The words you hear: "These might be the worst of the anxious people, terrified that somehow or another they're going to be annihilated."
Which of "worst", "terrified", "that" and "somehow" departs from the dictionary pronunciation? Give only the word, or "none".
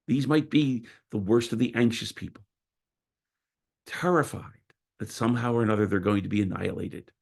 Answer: none